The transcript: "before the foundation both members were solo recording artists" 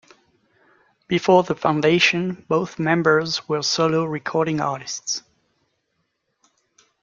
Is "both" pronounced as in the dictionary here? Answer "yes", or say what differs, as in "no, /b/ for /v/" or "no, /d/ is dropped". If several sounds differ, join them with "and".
yes